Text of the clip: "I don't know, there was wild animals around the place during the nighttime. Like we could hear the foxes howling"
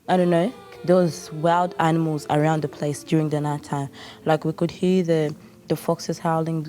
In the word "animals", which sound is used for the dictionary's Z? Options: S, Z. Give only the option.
Z